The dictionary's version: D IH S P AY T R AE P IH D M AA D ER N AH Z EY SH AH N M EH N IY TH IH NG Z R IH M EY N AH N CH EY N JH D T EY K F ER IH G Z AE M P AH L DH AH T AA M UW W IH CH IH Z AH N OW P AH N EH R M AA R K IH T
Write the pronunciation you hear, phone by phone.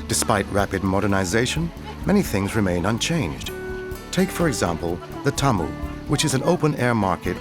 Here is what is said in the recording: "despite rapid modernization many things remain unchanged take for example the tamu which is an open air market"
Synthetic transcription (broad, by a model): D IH S P AY T R AE P IH D M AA D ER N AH Z EY SH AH N M EH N IY TH IH NG Z R IH M EY N AH N CH EY N JH D T EY K F ER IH G Z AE M P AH L DH AH T AA M UW W IH CH IH Z AH N OW P AH N EH R M AA R K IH T